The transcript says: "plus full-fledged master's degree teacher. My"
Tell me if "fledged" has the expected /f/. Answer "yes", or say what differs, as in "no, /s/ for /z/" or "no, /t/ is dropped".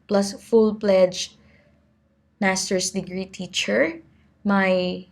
no, /p/ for /f/